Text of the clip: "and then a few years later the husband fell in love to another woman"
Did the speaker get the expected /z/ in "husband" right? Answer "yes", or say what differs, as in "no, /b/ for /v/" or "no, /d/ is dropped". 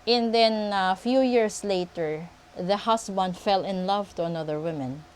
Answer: no, /s/ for /z/